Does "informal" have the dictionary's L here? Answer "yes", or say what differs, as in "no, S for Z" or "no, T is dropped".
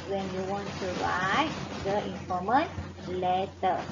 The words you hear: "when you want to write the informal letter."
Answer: no, N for L